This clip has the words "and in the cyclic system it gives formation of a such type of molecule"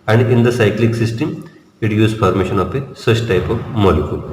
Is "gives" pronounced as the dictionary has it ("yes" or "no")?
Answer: no